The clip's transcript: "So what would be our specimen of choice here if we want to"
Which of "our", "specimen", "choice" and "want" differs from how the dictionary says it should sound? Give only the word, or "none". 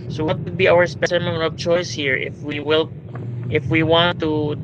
want